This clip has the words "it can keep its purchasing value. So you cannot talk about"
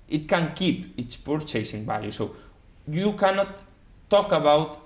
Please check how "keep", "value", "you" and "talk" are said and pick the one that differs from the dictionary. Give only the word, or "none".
value